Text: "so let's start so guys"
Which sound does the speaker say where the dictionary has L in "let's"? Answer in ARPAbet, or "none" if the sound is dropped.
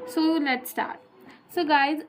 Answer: N